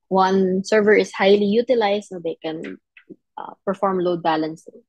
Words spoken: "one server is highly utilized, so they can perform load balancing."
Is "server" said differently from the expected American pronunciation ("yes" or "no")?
no